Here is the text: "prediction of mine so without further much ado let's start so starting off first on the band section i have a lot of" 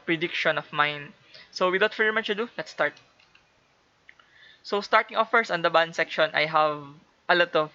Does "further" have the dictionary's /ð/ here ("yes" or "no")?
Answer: no